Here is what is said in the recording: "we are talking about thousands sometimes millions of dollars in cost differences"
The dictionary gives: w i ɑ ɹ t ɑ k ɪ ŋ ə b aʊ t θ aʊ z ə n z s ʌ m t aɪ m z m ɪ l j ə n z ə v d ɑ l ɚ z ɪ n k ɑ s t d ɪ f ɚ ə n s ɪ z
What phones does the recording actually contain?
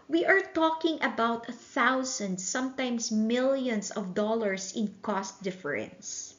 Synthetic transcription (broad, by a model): w i ɑ ɹ t ɑ k ɪ ŋ ə b aʊ t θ aʊ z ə n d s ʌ m t aɪ m s m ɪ l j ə n s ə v d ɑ l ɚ s ɪ n k ɑ s t d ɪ f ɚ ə n s